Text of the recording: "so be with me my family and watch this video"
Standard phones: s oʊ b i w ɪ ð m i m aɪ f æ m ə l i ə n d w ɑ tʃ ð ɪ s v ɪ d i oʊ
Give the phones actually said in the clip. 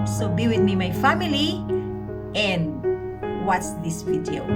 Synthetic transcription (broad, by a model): s oʊ b i w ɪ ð m i m aɪ f æ m ə l i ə n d w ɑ s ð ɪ s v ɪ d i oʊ